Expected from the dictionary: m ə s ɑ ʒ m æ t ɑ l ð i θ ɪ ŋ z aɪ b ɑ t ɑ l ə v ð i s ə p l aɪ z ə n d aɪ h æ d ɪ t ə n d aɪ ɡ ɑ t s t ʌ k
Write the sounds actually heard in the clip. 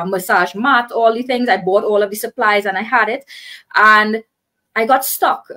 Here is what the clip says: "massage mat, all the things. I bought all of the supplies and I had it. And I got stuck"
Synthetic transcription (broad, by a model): m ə s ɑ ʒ m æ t ɑ l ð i θ ɪ ŋ z aɪ b ɑ t ɑ l ə v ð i s ə p l aɪ z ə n aɪ h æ d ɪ t ə n d aɪ ɡ ɑ t s t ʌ k